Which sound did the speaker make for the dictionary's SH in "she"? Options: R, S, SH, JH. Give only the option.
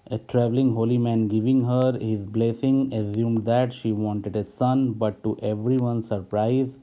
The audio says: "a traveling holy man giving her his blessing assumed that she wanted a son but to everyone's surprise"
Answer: SH